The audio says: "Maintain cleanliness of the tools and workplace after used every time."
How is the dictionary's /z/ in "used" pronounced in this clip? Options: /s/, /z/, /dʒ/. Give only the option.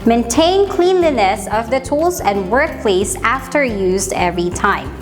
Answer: /z/